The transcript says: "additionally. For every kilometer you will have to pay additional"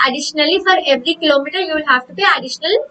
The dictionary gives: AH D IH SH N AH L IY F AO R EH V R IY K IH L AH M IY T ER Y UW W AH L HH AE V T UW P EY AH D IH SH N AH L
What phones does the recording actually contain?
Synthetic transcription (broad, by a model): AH D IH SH N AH L IY F AO R EH V R IY K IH L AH M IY T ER Y UW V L HH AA F T UW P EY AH D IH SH N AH L